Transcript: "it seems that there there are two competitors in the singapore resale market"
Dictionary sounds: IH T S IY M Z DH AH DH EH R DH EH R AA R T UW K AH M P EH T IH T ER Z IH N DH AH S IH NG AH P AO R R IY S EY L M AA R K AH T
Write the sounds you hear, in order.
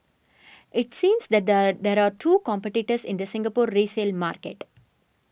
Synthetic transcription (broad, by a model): IH T S IY M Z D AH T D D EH R AA R T UW K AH M P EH T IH T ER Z IH N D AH S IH NG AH P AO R R IY S EY L M AA R K AH T